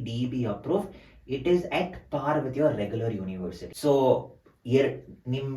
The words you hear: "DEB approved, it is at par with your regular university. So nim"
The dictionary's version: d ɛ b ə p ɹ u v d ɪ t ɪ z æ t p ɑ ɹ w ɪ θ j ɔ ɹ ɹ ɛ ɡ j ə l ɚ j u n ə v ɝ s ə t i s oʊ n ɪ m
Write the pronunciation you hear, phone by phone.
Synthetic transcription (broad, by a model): d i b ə p ɹ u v ɪ t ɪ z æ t p ɑ ɹ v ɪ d j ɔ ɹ ɹ ɛ ɡ j ə l ɚ j u n ə v ɝ s ə t i s oʊ n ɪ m